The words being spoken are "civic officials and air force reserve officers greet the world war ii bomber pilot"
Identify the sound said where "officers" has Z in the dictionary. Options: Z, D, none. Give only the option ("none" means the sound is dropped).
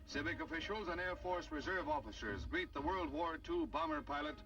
Z